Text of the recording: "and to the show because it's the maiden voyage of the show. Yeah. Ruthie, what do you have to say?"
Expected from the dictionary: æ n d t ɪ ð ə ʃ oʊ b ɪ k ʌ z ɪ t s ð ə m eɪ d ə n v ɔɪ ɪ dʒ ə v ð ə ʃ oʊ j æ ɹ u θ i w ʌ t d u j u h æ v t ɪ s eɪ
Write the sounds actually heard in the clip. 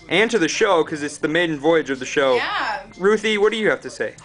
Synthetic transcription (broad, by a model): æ n t ɪ ð ə ʃ oʊ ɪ k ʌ z ɪ t s ð ə m eɪ d n v ɔɪ ɪ dʒ ə v ð ə ʃ oʊ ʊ ɹ u θ i w ʌ t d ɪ j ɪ h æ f t ɪ s eɪ